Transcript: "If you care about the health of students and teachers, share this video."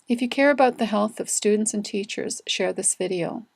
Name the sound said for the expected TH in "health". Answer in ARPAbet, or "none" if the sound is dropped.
TH